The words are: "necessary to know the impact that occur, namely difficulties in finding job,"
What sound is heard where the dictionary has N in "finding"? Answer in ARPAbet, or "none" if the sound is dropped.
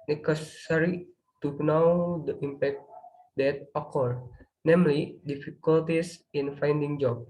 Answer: N